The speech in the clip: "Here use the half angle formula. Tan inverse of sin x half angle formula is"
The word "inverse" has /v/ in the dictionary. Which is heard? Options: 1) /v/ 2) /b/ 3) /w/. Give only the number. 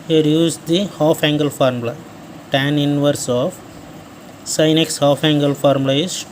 1